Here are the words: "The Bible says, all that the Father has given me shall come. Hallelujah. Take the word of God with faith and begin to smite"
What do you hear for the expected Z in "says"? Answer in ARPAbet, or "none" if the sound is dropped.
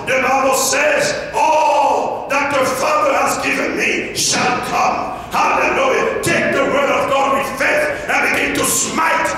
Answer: Z